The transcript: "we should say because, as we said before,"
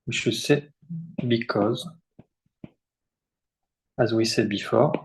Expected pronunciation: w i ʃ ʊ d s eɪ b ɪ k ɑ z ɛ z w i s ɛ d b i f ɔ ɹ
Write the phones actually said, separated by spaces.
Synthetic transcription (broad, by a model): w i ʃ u s eɪ b ɪ k ɑ z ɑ z w i s ɛ d b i f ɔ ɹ